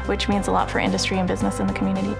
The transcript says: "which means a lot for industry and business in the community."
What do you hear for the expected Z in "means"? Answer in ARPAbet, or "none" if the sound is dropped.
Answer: Z